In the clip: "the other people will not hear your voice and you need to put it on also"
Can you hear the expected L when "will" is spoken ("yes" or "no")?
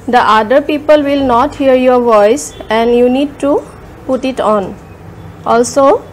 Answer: yes